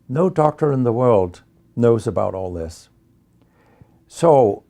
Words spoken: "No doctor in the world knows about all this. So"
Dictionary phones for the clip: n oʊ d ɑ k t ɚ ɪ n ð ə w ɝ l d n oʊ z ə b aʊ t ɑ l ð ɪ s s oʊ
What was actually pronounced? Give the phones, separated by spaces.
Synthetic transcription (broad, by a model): n oʊ d ɑ k t ɚ ɪ n ð ə w ɝ l d n oʊ z ə b aʊ t ɑ l ð ɪ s s oʊ